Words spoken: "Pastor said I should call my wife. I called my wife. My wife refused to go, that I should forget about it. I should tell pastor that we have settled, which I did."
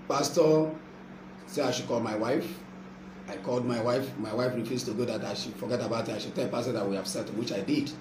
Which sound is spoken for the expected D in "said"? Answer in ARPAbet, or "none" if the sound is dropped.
none